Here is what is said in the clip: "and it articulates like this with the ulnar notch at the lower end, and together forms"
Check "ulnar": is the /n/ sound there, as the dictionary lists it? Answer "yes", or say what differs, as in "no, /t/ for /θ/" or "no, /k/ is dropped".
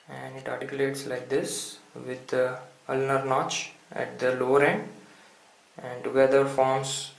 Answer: yes